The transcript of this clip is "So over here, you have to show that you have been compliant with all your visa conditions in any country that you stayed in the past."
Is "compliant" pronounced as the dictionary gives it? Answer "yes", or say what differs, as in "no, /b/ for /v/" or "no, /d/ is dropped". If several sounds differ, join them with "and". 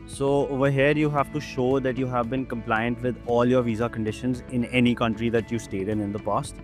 yes